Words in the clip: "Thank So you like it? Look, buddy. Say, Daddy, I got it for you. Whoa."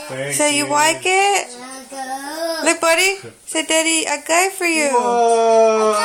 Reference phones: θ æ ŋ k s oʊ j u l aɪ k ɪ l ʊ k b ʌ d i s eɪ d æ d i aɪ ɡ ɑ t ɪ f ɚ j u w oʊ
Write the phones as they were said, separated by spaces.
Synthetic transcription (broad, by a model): s oʊ j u w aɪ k ɪ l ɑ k b ʌ d i s eɪ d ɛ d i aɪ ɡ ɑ ɪ f ɚ j u